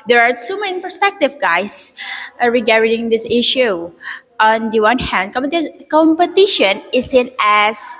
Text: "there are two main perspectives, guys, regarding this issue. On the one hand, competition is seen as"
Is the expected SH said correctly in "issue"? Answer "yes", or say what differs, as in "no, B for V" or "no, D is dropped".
yes